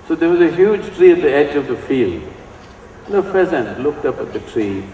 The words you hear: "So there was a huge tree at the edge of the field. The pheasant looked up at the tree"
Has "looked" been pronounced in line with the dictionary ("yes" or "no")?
yes